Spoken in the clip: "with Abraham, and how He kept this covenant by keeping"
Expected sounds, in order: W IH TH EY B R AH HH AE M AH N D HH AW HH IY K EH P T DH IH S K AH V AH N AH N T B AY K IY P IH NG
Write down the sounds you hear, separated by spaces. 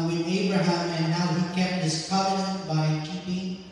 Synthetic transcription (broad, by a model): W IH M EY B AH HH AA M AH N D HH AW HH IY K EH P T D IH S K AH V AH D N B AY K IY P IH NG